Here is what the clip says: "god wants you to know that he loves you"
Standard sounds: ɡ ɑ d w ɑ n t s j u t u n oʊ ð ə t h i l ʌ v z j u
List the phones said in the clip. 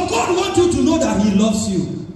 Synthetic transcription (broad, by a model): ɡ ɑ d w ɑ n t j u t u n oʊ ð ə t h i l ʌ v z j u